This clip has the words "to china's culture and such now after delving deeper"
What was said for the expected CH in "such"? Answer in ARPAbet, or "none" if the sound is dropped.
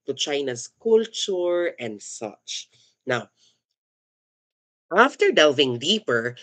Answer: CH